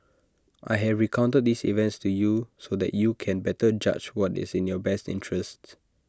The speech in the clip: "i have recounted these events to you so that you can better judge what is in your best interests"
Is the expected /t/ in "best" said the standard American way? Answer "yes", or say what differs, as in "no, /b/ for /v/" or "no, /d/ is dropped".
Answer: yes